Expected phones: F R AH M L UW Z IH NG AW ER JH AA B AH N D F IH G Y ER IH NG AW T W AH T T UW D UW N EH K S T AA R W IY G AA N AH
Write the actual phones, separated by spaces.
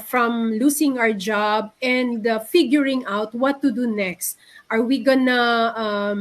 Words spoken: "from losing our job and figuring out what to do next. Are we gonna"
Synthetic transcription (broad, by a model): F R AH M L UW S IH NG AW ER JH AA B AH N D F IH G Y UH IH NG AW T W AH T T UW D UW N EH K S T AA R W IY G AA N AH